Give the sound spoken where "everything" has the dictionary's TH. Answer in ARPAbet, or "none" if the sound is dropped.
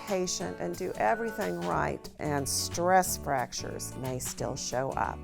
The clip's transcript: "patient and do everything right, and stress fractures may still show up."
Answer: TH